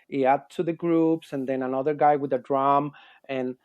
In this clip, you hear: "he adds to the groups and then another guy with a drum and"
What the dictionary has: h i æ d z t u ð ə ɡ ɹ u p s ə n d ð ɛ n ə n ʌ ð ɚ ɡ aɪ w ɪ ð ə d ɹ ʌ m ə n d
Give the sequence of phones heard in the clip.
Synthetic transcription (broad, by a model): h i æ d t u ð ə ɡ ɹ u p s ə n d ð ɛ n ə n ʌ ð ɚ ɡ aɪ w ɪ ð ə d ɹ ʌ m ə n